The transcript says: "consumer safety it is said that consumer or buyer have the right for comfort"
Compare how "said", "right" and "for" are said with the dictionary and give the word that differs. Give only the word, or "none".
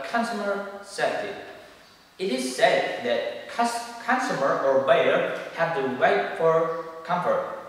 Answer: right